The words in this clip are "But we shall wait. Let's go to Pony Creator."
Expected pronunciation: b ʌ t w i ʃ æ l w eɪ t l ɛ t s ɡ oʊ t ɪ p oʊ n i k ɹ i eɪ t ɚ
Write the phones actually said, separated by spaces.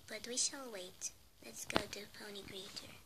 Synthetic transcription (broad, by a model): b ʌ t w i ʃ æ l w eɪ t l ɛ t s ɡ oʊ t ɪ p oʊ n i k ɹ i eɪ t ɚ